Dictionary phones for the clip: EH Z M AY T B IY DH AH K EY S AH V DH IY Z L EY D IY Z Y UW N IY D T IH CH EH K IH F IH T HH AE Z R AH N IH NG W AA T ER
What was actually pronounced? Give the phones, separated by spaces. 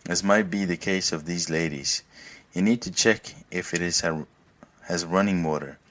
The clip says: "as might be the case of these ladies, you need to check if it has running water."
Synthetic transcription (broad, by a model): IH Z M AY T B IY DH AH K EY S AH V DH IY Z L EY D IY Z Y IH N IY D T IH CH EH K IH F IH T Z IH Z R AH N IH NG W AA T ER